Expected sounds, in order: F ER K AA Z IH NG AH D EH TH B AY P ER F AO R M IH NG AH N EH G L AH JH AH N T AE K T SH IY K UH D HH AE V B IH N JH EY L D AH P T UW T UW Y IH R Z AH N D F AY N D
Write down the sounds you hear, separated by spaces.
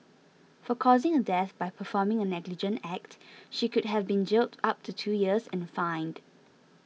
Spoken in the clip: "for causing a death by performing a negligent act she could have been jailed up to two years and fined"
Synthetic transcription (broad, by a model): F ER K AA Z IH NG AH D EH TH B AY P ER F AO M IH NG AH N EH G L AH JH AH N T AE K T SH IY K UH D HH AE V B IH N JH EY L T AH P T UW T UW Y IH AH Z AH N F AY N D